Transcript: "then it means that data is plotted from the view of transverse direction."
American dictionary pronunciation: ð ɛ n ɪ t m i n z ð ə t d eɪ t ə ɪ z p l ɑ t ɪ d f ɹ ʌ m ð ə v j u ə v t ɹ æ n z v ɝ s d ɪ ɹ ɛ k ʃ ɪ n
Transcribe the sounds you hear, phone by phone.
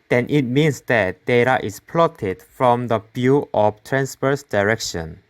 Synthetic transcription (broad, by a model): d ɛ n ɪ t m i n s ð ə t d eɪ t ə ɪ s p l ɑ t ɪ d f ɹ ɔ m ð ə b j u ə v t ɹ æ n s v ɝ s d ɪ ɹ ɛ k ʃ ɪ n